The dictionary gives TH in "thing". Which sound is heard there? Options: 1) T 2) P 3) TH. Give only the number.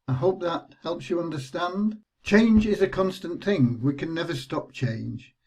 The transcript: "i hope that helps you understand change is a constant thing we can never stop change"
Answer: 3